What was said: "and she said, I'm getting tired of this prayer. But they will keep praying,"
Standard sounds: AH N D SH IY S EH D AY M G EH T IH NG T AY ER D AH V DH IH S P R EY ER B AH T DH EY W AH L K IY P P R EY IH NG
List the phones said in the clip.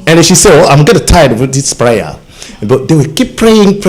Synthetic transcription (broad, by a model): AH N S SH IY S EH AY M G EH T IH T AY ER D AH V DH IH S P R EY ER B AH T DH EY W AH L K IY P P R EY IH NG